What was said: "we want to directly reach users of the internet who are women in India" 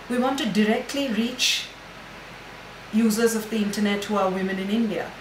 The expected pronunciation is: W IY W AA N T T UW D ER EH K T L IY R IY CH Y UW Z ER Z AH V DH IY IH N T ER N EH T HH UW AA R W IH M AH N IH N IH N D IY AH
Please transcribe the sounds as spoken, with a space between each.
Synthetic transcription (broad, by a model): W IY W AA N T T UW D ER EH K T L IY R IY CH Y UW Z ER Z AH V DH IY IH N T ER N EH T HH UW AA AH W IH M AH N IH N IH N D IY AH